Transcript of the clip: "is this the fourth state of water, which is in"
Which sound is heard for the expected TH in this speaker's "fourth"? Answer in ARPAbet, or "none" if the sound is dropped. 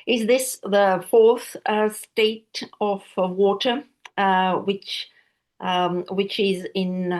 TH